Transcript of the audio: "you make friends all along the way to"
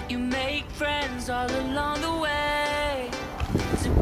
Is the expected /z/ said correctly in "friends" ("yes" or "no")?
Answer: yes